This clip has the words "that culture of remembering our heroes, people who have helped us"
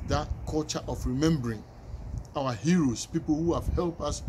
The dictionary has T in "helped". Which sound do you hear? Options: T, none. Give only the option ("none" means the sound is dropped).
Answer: none